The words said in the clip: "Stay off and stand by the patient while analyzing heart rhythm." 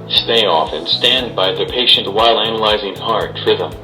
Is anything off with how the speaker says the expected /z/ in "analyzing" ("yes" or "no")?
no